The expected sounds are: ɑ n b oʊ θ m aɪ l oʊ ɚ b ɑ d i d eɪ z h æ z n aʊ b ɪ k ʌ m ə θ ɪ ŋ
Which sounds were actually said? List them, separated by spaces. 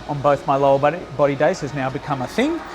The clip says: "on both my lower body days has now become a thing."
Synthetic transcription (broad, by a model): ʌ n b oʊ θ m aɪ l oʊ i b ɑ d i d eɪ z h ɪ z n aʊ b ɪ k ʌ m ə θ ɪ ŋ